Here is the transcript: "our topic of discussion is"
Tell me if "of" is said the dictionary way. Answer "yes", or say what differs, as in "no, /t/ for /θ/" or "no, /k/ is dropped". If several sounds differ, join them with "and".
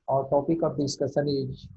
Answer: no, /p/ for /v/